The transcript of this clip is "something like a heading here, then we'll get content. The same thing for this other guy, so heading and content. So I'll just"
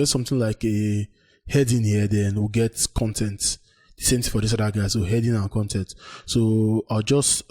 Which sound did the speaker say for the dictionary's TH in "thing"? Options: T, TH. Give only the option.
T